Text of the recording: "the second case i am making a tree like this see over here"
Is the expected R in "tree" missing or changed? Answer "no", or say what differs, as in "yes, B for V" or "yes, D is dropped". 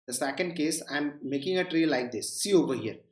no